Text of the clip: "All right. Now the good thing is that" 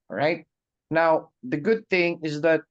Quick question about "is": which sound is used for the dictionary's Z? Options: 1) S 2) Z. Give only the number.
2